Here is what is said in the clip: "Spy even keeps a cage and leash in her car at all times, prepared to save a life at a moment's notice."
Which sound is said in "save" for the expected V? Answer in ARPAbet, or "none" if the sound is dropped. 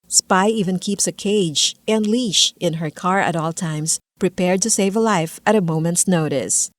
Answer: V